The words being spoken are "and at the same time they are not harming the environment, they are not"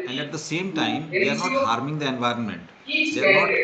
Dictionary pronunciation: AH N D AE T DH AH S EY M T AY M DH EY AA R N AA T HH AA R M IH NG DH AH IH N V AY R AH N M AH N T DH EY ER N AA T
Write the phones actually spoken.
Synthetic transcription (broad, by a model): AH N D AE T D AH S EY M T AY M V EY AA R N AA T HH AA R M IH NG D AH IH N V AY R AH N M AH N T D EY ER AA